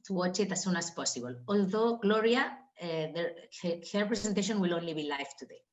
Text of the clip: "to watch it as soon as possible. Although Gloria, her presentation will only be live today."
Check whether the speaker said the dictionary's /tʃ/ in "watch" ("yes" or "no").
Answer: yes